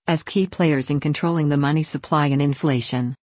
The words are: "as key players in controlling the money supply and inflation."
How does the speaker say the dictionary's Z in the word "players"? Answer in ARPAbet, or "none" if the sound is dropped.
Z